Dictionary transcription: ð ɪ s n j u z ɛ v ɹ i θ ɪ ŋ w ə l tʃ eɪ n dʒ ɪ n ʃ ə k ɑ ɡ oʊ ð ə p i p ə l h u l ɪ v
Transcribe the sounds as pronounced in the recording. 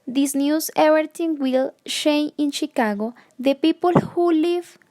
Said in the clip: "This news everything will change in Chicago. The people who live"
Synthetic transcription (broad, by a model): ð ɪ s n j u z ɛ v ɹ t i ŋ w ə l ʃ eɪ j ɪ n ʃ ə k ɑ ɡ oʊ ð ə p i p ə l h u l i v